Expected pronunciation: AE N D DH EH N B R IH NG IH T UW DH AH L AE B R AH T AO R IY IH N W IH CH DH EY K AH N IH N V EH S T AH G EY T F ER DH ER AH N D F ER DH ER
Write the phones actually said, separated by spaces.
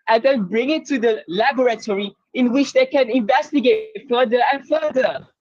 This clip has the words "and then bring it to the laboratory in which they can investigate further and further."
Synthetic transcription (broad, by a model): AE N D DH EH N B R IH NG IH T UW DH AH L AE B R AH T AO R IY IH N W IH CH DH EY K AH N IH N V EH S T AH G EY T F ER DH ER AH N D F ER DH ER